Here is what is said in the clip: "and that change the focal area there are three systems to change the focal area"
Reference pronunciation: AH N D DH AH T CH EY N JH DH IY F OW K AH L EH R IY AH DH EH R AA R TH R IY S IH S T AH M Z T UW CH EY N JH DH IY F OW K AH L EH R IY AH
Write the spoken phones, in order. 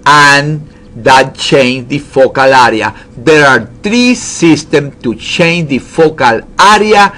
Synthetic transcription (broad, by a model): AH N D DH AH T CH EY N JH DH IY F OW K AH L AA R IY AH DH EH R AA R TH R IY S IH S T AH M T UW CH EY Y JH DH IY F OW K AH L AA R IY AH